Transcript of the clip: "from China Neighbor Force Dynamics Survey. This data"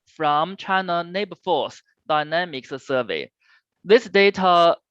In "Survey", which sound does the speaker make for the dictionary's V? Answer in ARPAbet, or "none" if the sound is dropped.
V